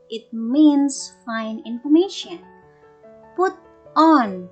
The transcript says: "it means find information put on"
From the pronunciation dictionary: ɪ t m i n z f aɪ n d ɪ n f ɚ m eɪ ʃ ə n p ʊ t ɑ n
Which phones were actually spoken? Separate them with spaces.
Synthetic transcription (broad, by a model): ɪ t m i n s f aɪ n ɪ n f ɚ m eɪ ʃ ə n p ʊ t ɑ n